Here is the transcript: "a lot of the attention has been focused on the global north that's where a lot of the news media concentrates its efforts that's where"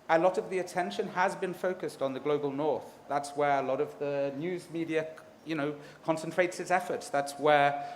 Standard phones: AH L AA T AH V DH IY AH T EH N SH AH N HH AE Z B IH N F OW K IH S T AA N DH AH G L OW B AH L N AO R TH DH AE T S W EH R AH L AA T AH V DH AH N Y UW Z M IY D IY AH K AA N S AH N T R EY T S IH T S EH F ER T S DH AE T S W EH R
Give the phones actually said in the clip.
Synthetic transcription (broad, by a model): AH L AA T AH V DH IY AH T EH N SH AH N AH Z B IH N F OW K IH S T N DH AH G L OW B AH L N AO R TH DH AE T S W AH R AH L AA T AH V DH AH N Y UW Z M IY D IY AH K AA N S AH N T R EY T S IH T S EH F ER T S DH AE T S W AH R